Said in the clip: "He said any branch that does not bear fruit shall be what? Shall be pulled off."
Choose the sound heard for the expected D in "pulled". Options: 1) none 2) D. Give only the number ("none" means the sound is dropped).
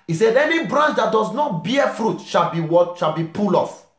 1